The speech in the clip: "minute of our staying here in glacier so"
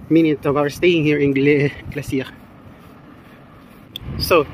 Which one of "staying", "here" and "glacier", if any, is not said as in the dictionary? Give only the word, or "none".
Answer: glacier